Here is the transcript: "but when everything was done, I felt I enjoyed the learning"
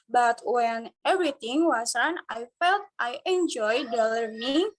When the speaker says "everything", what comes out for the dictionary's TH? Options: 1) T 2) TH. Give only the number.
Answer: 1